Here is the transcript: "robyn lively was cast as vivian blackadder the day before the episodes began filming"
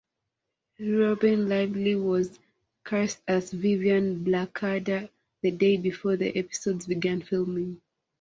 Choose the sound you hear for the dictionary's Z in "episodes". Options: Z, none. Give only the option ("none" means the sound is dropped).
Z